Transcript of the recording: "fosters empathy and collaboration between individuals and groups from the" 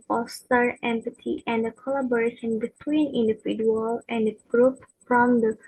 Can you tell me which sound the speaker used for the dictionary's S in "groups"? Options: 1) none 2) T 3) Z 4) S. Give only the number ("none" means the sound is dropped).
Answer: 1